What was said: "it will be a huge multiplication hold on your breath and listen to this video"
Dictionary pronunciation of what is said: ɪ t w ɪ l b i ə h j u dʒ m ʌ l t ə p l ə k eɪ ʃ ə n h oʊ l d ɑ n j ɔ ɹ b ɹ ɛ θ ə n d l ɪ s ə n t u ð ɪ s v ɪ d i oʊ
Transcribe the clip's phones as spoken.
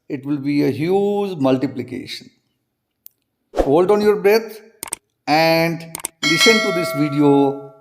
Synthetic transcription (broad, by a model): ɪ t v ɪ l b i ə h j u dʒ m ʌ l t ə p l ə k eɪ ʃ ə n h oʊ l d ɑ n j ɔ ɹ b ɹ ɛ t ə n d l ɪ s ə n t u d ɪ s v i d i oʊ